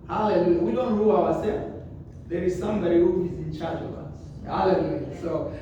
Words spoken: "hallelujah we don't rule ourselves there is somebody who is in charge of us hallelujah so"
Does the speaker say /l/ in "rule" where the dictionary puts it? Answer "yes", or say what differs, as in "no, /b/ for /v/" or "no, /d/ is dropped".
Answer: no, /w/ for /l/